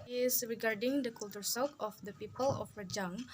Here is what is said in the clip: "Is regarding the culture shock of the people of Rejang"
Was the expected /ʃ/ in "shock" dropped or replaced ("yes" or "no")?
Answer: yes